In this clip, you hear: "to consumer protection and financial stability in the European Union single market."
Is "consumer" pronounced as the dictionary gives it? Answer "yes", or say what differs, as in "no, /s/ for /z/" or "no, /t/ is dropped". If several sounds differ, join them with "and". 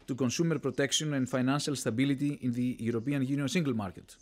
yes